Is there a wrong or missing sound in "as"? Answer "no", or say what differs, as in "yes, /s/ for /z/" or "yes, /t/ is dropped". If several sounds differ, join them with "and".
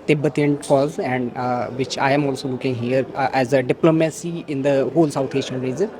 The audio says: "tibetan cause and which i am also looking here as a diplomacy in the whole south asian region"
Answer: no